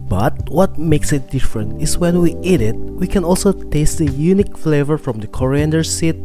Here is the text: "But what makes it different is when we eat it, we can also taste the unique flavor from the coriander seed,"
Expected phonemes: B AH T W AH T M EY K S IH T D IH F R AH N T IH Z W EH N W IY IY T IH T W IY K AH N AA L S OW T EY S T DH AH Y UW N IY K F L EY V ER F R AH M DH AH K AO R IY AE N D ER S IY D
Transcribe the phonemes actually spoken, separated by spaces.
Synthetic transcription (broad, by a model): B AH T W AH T M EY K S IH T D IH F R AH N T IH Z W EH N W IY IY T IH T W IY K AH N AA L S OW T EY S T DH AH Y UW N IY K F L EY V ER F R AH M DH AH K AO R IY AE N D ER S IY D